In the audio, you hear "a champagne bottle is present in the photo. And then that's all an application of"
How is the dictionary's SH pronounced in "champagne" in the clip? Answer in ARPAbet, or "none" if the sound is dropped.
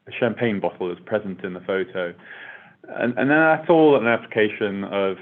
SH